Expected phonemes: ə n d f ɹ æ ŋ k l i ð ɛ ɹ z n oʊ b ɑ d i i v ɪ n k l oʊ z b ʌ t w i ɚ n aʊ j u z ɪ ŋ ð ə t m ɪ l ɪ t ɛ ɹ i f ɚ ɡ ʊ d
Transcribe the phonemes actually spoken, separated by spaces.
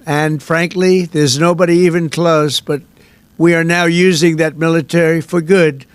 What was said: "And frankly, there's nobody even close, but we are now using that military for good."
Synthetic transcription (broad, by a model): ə n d f ɹ æ ŋ k l i ð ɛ ɹ z n oʊ b ɑ d i i v ɪ n k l oʊ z b ʌ t w i ɚ n aʊ j u z ɪ ŋ ð ə t m ɪ l ɪ t ɛ ɹ i f ɚ ɡ ʊ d